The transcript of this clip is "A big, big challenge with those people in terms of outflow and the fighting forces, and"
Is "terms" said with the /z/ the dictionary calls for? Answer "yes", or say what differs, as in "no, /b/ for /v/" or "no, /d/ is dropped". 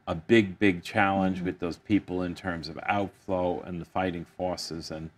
yes